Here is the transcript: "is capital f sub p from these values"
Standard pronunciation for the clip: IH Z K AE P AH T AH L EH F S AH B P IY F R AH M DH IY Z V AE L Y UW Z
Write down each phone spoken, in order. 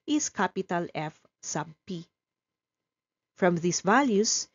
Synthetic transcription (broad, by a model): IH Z K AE P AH T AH L EH F S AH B P IY F R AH M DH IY S V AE L Y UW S